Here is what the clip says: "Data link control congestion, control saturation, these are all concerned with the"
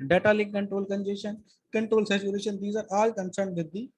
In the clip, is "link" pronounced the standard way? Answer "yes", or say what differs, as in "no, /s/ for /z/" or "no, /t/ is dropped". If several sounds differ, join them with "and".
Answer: no, /ŋ/ is dropped